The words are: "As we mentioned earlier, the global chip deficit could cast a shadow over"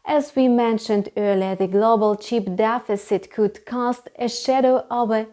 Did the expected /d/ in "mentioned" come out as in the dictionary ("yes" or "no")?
yes